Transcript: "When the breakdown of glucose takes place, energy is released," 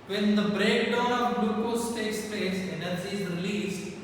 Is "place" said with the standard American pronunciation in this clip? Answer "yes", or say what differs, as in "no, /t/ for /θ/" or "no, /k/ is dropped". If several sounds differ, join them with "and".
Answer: no, /l/ is dropped